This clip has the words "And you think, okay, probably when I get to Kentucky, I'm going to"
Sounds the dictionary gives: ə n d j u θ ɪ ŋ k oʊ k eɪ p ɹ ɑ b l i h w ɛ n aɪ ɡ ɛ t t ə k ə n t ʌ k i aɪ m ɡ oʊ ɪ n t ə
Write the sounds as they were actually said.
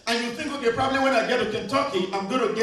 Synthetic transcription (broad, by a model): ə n j u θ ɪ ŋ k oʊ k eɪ p ɹ ɑ b l i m w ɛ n aɪ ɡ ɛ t t ə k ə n t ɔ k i aɪ m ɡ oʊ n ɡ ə